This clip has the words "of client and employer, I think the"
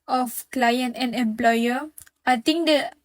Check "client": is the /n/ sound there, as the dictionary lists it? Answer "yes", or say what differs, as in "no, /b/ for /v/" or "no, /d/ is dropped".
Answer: yes